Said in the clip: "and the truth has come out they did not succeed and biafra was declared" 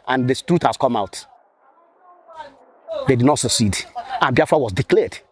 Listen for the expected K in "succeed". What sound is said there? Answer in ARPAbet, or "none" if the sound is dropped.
K